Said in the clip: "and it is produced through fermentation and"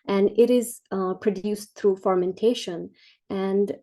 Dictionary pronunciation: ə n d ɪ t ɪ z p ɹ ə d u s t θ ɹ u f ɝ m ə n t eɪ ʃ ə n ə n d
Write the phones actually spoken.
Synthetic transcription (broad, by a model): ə n d ɪ t ɪ z p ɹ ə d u s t t ɹ u f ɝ m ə n t eɪ ʃ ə n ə n d